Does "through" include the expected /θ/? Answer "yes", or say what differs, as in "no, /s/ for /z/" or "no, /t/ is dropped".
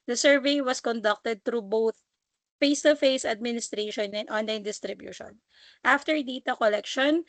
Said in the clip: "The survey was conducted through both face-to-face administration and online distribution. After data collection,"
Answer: no, /t/ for /θ/